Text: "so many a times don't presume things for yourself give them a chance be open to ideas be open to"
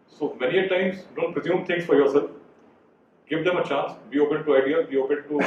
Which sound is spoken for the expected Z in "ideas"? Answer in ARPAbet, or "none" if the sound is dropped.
none